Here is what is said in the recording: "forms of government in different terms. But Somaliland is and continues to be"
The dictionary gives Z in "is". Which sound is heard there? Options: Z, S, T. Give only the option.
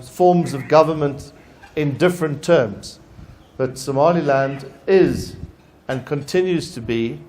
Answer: Z